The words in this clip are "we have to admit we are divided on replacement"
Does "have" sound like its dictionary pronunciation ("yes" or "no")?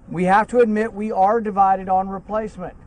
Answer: no